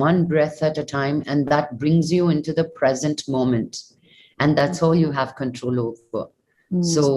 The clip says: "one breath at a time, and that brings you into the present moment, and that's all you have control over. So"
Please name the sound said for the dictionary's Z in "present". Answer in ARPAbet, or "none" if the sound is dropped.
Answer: Z